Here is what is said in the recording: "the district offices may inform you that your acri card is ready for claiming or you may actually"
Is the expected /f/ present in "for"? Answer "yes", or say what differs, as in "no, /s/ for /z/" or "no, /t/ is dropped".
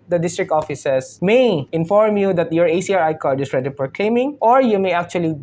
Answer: no, /p/ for /f/